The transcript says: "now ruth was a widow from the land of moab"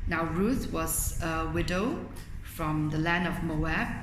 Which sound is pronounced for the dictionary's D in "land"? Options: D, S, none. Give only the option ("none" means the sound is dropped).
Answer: D